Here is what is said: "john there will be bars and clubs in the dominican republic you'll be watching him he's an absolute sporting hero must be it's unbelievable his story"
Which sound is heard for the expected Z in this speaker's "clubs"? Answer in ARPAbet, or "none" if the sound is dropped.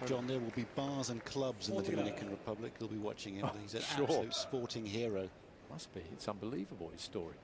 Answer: Z